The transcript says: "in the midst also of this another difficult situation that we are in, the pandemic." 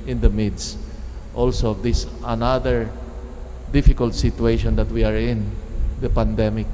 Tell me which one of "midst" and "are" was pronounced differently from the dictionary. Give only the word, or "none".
none